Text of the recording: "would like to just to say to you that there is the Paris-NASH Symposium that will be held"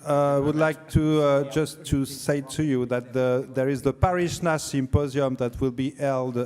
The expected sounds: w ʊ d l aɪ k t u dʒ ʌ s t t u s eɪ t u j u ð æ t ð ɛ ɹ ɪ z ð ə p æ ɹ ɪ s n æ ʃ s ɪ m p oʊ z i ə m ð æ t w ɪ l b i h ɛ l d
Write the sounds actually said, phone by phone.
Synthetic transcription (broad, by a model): w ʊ d l aɪ k t u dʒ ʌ s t t u s eɪ t u j u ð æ t ð ɛ ɹ ɪ z ð ə p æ ɹ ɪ ʃ n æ s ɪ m p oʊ z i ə m ð æ t w ɪ l b i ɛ l d